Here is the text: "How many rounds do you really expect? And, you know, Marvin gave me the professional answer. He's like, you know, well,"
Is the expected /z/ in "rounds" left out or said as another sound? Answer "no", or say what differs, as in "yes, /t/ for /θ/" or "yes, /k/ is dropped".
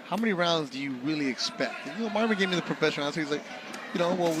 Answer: no